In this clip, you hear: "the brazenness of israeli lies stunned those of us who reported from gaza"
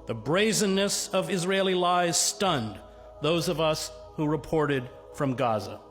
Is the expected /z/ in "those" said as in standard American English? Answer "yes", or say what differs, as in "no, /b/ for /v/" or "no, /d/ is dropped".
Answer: yes